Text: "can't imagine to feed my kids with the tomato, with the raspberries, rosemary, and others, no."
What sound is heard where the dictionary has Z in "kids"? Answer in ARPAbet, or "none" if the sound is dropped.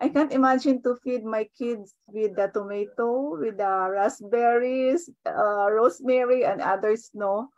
S